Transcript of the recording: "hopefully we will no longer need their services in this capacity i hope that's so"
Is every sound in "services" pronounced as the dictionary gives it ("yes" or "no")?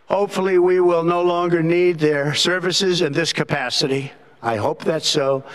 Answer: yes